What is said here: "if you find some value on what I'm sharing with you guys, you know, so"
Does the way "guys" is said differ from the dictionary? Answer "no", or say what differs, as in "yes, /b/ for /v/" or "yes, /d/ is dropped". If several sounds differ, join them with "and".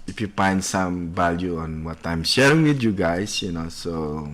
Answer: yes, /s/ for /z/